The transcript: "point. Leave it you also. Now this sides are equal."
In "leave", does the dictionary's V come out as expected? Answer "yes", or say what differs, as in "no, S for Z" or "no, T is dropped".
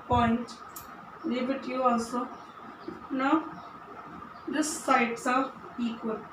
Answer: no, B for V